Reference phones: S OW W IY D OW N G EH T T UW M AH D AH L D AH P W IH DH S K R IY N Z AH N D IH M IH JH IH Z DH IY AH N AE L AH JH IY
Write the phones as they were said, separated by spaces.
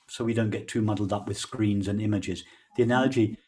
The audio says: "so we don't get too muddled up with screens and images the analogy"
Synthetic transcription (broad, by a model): S OW W IY D OW N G EH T T UW M AH D L D AH P W IH DH S K R IY N Z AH N IH M IH JH IH Z DH IY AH N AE L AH JH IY